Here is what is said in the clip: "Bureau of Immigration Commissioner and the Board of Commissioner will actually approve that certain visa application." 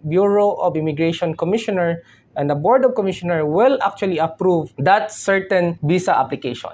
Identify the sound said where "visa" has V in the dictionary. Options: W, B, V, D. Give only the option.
B